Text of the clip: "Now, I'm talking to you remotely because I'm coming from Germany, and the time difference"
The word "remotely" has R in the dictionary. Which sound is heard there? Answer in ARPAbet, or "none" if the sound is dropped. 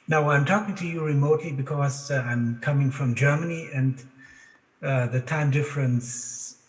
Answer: R